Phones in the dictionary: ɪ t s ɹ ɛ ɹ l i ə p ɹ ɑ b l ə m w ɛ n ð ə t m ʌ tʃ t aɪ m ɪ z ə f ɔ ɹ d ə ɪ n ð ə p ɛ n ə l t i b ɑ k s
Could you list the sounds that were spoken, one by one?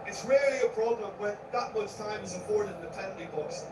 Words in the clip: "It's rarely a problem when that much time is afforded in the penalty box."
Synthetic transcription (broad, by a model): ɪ t s ɹ ɛ ɹ l i ə b ɹ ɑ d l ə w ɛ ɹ ð ə t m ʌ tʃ t aɪ m ɪ z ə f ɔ ɹ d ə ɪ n ð ə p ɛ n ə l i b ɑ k s